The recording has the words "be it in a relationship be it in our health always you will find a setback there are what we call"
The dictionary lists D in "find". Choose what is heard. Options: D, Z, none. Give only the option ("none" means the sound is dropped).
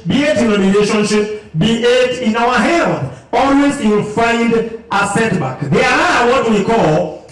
D